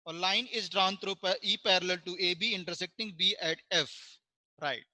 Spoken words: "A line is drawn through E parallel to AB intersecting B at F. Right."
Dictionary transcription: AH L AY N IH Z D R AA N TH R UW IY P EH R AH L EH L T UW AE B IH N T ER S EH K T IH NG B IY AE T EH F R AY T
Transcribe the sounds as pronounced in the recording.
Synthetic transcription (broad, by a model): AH L AY N IH Z D R AA N T R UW IY P EH R AH L EH L T UW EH B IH N T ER S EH K T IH NG B IY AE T EH F R AY T